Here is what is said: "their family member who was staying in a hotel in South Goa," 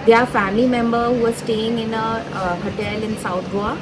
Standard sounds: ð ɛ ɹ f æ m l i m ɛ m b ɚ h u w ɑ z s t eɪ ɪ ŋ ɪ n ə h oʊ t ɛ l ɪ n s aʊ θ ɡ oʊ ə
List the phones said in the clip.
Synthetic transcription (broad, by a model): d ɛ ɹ f æ m l i m ɛ m b ɚ h u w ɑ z s t eɪ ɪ ŋ ɪ n ə h oʊ t ɛ l ɪ n s aʊ t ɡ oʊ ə